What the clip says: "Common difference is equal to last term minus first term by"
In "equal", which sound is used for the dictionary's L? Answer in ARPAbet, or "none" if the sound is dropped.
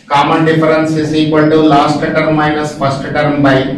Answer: N